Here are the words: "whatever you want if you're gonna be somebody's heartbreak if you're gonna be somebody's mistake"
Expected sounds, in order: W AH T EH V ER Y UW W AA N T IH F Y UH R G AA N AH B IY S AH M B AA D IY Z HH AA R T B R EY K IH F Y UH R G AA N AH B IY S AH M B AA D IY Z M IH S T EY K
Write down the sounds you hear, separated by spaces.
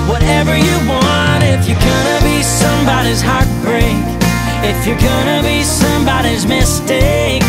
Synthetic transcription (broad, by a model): W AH T EH V ER Y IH W AA N T IH F Y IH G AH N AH B IY S AH M B AA D IY Z HH AA R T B R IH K IH F Y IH G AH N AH B IY S AH M B AA D IY Z M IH S T EY K